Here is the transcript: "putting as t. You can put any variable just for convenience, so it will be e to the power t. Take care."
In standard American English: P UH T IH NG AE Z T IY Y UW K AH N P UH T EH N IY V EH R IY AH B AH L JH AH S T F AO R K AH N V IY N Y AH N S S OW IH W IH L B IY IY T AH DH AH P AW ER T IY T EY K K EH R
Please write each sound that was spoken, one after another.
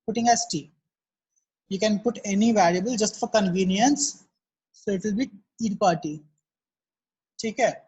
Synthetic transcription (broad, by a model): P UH T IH NG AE S T IY Y UW K AH N P UH T EH N IY V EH L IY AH B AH L JH AH S T F AO R K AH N V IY N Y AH N S S OW IH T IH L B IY IY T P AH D T IY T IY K K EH